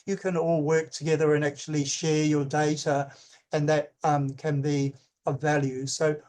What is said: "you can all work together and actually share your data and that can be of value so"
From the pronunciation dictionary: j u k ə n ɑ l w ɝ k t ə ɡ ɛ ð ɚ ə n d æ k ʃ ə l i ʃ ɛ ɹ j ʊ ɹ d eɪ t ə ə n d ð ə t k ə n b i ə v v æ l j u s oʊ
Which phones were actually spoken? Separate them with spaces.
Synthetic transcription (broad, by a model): j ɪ k ə n ɑ l w ɝ k t ə ɡ ɛ ð ɚ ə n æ k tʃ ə l i ʃ ɛ ɹ j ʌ ɹ d eɪ t ə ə n ð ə t k ə n b i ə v v æ l j u s oʊ